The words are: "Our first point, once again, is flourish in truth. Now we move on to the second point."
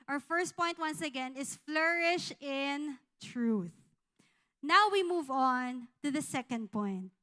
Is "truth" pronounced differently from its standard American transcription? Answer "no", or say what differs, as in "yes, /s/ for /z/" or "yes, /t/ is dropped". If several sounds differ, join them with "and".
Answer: no